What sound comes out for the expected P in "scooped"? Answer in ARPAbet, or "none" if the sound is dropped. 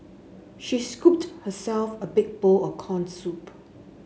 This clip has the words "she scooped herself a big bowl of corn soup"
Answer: P